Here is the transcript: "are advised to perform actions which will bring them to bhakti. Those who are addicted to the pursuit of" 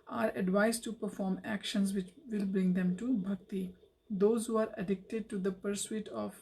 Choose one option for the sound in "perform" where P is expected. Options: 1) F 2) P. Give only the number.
2